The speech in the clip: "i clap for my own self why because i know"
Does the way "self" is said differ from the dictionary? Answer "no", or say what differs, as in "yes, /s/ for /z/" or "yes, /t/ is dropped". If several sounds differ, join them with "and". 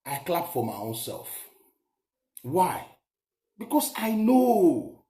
no